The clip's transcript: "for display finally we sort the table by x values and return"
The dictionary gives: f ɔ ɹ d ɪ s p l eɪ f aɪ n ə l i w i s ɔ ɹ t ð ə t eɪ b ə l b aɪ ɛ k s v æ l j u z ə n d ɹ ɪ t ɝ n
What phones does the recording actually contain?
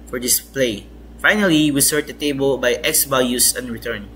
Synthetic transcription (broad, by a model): f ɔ ɹ d ɪ s p l eɪ f aɪ n ə l i w i s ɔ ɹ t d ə t eɪ b ə l b aɪ ɛ k s b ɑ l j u s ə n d ɹ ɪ t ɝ n